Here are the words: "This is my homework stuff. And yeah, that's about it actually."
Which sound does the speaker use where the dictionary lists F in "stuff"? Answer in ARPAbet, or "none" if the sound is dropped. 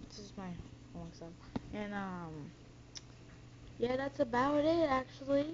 none